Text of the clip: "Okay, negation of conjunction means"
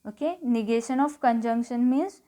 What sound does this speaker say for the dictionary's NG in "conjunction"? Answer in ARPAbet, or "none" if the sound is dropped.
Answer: NG